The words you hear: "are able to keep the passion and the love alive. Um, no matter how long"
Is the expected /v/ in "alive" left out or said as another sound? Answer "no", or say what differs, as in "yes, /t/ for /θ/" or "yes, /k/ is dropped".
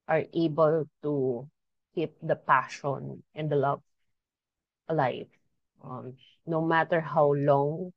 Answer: yes, /f/ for /v/